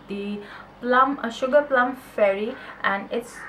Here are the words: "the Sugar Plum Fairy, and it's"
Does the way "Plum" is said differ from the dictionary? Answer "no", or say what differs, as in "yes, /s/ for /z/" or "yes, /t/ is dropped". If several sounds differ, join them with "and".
no